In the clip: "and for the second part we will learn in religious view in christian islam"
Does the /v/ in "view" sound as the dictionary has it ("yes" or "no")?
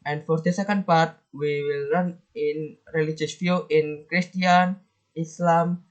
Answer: no